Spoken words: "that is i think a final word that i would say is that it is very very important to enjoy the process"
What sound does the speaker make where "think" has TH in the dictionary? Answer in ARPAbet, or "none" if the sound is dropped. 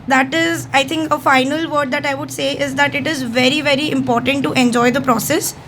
T